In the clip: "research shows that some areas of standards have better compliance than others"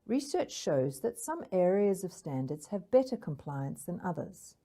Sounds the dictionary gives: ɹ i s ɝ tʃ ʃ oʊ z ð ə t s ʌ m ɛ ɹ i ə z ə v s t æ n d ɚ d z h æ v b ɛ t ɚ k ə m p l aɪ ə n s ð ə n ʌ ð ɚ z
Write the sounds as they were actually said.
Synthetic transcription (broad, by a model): ɹ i s ɝ tʃ ʃ oʊ z ð ə t s ʌ m ɛ ɹ i ə z ə v s t æ n d ɚ d z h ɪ v b ɛ t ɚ k ə m p l aɪ ə n s ð ə n ʌ ð ɚ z